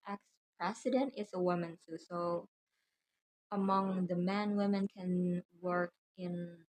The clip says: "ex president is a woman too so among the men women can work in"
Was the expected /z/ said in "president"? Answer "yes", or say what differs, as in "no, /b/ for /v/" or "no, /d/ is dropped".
no, /s/ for /z/